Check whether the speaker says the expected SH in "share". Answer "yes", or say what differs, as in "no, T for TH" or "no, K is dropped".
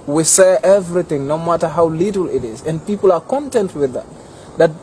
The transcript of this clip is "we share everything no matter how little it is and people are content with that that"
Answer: no, S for SH